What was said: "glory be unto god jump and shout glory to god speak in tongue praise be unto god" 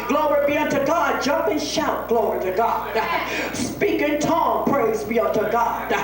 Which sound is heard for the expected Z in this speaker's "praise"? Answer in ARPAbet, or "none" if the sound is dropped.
Z